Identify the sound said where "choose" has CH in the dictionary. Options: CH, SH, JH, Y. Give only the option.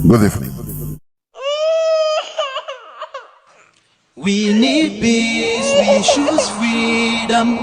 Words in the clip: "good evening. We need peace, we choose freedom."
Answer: SH